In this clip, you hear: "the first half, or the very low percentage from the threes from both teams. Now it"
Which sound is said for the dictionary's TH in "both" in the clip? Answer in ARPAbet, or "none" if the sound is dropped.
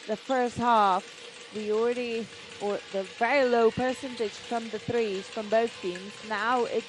TH